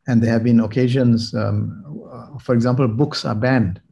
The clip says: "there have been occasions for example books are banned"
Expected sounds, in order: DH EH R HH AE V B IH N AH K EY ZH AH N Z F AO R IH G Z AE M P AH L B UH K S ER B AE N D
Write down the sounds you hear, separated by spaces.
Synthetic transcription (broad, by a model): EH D HH AE V B IH N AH K EY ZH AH N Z F AO R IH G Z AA M P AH L B UH K S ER B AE N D